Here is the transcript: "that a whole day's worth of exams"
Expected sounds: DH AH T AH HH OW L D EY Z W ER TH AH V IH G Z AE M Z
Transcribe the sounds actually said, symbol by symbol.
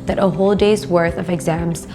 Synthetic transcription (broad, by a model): DH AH T AH HH OW L D EY Z W ER TH AH V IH G Z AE M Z